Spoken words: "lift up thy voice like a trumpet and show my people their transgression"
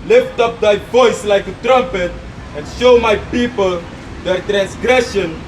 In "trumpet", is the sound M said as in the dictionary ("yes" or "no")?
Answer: yes